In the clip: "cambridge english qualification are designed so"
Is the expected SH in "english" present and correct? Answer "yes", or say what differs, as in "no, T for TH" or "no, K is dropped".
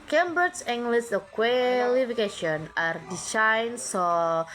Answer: no, S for SH